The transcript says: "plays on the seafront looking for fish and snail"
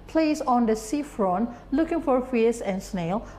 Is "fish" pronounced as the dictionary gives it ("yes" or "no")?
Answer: no